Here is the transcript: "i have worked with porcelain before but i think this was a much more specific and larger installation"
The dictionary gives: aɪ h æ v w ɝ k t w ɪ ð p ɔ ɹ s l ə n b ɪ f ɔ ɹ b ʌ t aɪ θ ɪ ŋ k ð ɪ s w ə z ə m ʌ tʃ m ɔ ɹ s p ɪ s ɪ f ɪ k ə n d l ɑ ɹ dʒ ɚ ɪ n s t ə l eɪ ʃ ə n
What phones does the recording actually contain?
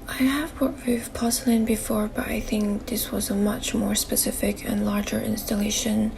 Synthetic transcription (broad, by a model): aɪ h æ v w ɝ t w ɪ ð p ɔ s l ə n b ɪ f ɔ ɹ b ʌ t aɪ θ ɪ ŋ k ð ɪ s w ə z ə m ʌ tʃ m ɔ ɹ s p ɪ s ɪ f ɪ k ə n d l ɑ ɹ dʒ ɚ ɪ n s t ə l eɪ ʃ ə n